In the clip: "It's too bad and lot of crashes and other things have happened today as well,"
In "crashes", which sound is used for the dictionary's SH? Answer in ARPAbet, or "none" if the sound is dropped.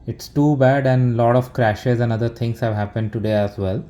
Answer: SH